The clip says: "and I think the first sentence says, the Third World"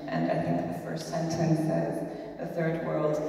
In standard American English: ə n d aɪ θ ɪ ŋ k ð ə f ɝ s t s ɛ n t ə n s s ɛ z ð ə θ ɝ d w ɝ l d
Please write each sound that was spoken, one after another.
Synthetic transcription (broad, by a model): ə n aɪ θ ɪ ŋ k ð ə f ɝ s t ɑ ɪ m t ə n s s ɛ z ð ə θ ɝ d w ɝ l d